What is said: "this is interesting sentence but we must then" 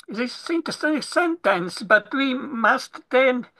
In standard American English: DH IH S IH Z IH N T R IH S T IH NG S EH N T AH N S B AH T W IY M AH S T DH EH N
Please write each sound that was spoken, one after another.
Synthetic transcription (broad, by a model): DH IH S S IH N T IH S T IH S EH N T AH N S B AH T W IY M AH S T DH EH N